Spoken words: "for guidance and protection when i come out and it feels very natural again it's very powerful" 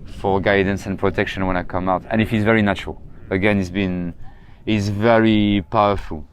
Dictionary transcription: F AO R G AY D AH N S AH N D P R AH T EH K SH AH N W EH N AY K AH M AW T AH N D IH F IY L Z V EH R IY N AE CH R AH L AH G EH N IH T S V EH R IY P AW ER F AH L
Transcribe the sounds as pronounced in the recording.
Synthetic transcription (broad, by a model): F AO R G AY D N S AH N P R AH T EH K SH AH N W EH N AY K AH M AW T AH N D IH F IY Z V EH R IY N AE CH R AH L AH G EH N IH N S V EH R IY P AW ER F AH L